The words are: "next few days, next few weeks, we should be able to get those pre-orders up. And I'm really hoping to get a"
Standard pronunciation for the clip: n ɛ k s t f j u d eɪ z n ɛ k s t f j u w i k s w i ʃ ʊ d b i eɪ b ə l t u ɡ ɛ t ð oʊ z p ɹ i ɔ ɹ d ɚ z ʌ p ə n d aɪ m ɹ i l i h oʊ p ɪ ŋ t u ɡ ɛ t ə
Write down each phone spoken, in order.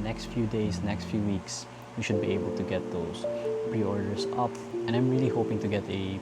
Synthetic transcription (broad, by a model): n ɛ k s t f j u d eɪ s n ɛ k s t f j u w i k s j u ʃ ʊ d b i eɪ b ə l t u ɡ ɛ t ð oʊ s p ɹ i ɔ ɹ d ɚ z ʌ p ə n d aɪ m ɹ i l i h oʊ p ɪ ŋ t u ɡ ɛ t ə